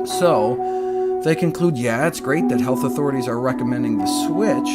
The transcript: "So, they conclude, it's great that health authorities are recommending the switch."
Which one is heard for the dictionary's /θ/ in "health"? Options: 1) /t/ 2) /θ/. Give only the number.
2